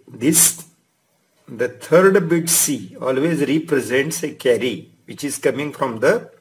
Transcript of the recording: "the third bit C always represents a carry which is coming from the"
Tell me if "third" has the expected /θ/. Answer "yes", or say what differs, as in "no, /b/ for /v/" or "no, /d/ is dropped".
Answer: no, /t/ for /θ/